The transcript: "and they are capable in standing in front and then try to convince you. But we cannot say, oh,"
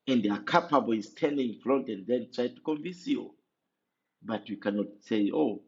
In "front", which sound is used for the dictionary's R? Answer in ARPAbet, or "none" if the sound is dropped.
L